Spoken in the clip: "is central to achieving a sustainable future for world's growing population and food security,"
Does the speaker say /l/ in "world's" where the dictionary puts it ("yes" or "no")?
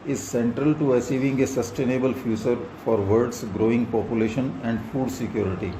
no